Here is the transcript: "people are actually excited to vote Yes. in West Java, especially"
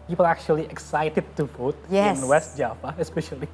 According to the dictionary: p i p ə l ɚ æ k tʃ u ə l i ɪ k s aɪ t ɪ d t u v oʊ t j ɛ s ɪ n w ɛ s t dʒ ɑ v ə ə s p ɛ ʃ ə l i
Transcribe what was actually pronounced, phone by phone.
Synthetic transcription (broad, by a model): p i p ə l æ k tʃ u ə l i ɪ k s aɪ t ɪ d t u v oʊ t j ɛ ɪ n w ɛ s t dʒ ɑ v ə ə s p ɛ ʃ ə l i